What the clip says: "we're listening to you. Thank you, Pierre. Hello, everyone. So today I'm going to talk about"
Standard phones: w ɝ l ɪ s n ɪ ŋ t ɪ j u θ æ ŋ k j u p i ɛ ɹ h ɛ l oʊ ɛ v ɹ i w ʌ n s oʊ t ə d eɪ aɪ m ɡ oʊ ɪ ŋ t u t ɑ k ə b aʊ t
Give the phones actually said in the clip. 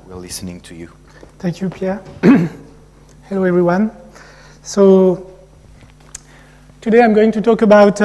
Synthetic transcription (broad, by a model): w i l ɪ s n ɪ ŋ t ɪ j u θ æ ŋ k j u p i ɛ ɹ h ɛ l oʊ ɛ v ɹ i w ʌ n s oʊ t ə d eɪ aɪ m ɡ oʊ ɪ ŋ t u t ɑ k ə b aʊ t